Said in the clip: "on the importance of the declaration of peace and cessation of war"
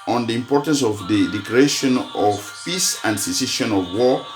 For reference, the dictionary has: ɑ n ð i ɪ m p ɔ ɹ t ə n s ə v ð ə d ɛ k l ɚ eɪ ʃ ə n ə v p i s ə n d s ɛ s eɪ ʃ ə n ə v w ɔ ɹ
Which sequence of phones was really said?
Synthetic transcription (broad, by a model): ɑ n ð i ɪ m p ɔ ɹ t ə n s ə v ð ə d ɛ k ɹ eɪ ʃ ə n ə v p i s ə n d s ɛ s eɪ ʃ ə n ə v w ɔ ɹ